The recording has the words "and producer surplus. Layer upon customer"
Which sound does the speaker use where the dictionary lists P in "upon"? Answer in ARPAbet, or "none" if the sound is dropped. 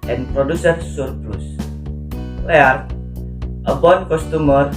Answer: B